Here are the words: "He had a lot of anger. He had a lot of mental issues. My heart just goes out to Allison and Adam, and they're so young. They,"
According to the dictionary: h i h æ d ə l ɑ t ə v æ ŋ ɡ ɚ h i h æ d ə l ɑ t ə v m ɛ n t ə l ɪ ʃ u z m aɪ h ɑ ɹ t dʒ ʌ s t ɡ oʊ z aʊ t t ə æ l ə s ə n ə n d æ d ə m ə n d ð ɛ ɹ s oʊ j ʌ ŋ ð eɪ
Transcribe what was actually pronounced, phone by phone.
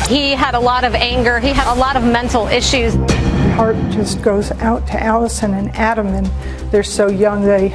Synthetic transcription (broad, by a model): h i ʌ d ə l ɑ t ə v æ ŋ ɡ ɚ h i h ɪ d ə l ɑ t ə v m ɛ n t l ɪ ʃ u z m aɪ h ɑ ɹ t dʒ ʌ s ɡ oʊ z aʊ t t æ l ə s ə n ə n æ d ə m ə n ð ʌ ɹ s oʊ j ʌ ŋ ð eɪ